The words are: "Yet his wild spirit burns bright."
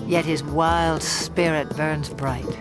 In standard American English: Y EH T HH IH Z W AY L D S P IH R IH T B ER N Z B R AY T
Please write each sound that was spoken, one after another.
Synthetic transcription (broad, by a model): Y EH T HH IH Z W AY L D S P IH R IH T B ER N Z B R AY T